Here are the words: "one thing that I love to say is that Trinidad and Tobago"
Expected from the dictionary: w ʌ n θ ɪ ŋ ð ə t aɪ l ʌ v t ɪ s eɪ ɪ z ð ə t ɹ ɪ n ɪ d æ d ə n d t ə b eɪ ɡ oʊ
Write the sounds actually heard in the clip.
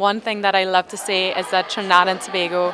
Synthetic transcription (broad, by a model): w ʌ n θ ɪ ŋ ð ə t aɪ l ʌ v t ɪ s eɪ ɪ z ð ə t ɹ n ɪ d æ d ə n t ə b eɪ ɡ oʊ